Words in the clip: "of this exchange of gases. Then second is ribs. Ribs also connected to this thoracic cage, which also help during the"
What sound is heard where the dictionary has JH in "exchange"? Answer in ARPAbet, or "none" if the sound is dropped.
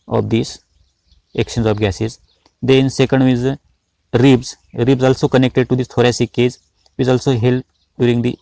Z